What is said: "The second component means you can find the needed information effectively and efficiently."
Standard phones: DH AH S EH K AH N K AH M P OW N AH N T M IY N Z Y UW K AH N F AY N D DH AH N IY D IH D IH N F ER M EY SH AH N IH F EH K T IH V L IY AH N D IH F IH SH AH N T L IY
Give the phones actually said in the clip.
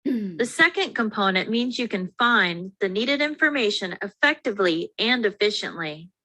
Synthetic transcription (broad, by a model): DH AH S EH K AH N K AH M P OW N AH N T M IY N Z Y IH K AH N F AY N DH AH N IY D IH D IH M F ER M EY SH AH N IH F EH K T IH V L IY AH N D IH F IH SH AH N T L IY